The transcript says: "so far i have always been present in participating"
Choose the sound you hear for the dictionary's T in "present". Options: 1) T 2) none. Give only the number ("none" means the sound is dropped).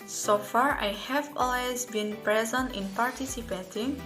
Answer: 1